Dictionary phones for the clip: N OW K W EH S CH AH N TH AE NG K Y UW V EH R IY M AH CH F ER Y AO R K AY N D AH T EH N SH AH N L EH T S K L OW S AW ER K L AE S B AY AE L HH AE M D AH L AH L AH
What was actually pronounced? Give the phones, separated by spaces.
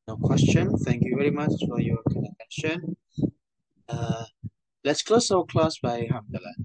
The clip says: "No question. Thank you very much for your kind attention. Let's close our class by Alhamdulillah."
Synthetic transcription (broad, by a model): N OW K W EH S CH AH N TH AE NG K Y UW V EH R IY M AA CH F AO Y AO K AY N AH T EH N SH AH N L EH T S K L OW S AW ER K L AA S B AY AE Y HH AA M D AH L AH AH